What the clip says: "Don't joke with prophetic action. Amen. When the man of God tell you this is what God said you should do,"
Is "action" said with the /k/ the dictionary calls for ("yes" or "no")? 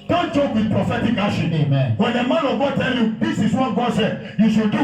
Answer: no